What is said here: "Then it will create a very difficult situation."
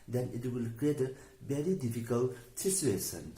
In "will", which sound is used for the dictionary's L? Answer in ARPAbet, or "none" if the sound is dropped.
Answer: L